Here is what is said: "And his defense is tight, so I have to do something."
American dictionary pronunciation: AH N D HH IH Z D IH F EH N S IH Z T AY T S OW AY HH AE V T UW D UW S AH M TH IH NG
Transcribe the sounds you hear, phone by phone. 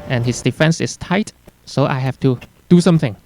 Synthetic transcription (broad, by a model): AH N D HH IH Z D IH F EH N S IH S T AY T S OW AY HH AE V T UW D UW S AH M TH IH NG